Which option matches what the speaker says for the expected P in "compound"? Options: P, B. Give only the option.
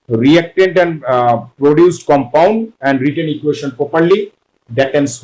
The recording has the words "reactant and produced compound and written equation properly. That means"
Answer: P